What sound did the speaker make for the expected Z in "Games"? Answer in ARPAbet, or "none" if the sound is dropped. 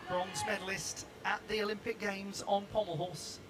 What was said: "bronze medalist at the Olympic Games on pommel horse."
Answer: Z